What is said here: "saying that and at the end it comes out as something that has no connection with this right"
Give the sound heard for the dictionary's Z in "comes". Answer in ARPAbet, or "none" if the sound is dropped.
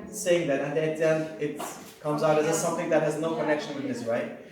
Z